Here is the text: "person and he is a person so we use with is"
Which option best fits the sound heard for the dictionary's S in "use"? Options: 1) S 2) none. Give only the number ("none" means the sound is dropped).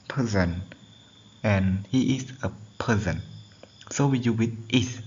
2